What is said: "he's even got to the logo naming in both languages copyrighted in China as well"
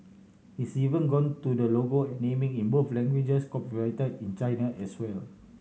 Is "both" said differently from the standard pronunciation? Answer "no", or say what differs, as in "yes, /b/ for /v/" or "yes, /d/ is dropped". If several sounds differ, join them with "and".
yes, /f/ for /θ/